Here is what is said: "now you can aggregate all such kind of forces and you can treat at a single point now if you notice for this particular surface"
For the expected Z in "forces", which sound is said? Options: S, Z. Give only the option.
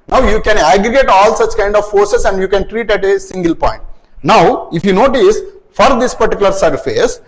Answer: S